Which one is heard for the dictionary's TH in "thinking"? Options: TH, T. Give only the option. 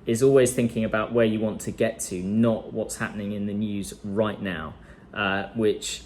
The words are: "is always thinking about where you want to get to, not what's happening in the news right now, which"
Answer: TH